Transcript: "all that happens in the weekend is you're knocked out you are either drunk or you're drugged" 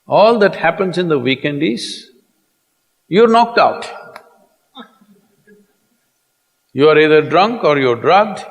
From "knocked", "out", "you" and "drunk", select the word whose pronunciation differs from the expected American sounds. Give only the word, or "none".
none